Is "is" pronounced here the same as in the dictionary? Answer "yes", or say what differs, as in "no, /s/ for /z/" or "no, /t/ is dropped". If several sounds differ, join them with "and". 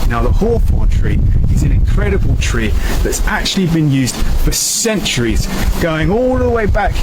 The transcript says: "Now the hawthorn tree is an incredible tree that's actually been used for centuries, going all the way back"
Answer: yes